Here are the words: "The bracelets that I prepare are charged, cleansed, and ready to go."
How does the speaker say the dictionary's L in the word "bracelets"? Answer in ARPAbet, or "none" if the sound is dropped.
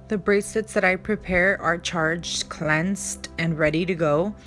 none